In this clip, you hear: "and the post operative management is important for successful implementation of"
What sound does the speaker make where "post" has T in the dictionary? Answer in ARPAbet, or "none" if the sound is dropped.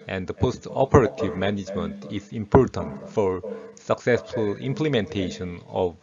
T